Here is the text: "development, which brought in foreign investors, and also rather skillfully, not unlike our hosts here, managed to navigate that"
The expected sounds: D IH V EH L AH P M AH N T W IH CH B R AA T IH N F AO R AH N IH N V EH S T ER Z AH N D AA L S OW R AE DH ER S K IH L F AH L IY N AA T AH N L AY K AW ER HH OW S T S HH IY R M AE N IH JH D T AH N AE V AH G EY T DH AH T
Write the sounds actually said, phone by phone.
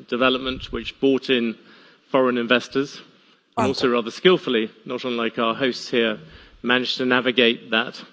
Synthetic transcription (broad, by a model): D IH V EH L AH P M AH N T W IH CH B AA T IH N F AO R AH N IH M V EH S T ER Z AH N AA L S OW R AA DH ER S K IH L F AH L IY N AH T AH N L AY K AW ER HH OW S T S HH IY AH M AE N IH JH T AH N AE V AH G EY T DH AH T